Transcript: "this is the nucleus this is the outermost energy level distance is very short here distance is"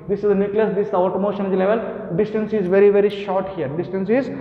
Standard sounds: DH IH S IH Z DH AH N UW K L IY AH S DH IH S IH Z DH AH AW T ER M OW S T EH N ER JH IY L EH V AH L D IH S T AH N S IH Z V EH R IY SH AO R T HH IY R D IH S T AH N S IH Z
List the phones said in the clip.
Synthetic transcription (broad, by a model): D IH S IH Z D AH N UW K L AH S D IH S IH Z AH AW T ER M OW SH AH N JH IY L EH V AH L D IH S T AH N S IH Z V EH R IY SH AO R T HH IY R D IH S T AH N S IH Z